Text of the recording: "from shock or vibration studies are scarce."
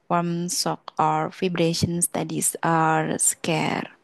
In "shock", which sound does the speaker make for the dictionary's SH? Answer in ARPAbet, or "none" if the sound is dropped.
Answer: S